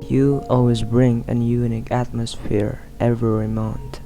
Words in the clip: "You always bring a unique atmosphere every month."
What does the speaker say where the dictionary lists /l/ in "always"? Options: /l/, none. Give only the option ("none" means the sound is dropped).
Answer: /l/